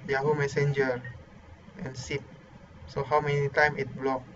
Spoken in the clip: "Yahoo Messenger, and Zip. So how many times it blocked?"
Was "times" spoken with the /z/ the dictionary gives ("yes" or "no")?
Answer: no